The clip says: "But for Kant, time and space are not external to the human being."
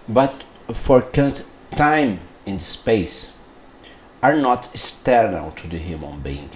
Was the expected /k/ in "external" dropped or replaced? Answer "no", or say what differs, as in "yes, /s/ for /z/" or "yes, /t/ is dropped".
yes, /k/ is dropped